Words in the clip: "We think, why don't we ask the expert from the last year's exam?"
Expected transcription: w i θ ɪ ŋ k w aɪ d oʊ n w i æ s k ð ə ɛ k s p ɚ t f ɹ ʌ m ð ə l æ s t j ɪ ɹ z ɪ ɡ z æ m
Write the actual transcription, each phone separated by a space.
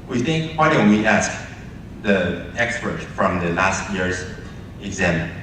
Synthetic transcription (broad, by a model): w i θ ɪ ŋ k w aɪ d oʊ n w i æ s k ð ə ɛ k s p ɚ t f ɹ ʌ m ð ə l æ s t j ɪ ɹ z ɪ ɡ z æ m